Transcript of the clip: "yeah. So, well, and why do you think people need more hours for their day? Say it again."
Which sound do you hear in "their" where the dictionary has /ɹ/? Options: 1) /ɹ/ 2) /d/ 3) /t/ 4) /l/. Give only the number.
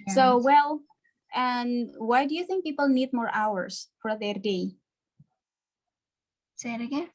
1